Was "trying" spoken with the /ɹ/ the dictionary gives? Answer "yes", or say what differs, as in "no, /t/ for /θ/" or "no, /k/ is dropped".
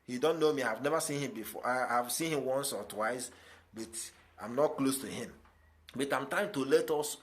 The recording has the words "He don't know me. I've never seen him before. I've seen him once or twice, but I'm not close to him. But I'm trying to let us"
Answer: no, /ɹ/ is dropped